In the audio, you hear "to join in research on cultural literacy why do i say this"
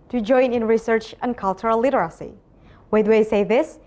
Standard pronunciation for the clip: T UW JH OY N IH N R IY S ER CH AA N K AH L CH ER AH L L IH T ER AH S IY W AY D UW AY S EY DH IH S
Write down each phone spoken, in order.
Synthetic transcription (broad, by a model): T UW JH OY N IH N R IY S ER CH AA N K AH L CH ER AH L L IH T ER AH S IY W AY D UW AY S EY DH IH S